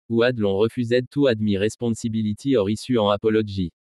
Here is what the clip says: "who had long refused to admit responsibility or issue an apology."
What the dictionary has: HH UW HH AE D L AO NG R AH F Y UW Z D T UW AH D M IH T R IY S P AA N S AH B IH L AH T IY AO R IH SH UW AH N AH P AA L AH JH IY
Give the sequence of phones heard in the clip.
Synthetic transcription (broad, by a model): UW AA D L AO R AH F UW Z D T UW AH D M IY R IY S P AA S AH B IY L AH T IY AO R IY S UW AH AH P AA L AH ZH IY